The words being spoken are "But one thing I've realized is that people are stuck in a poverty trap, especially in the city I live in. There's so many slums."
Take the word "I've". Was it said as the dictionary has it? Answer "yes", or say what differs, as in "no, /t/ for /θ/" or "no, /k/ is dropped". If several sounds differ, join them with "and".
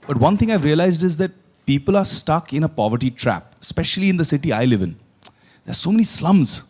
yes